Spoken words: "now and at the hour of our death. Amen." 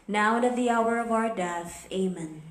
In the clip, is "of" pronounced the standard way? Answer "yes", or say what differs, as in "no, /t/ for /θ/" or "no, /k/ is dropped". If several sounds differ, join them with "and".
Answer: yes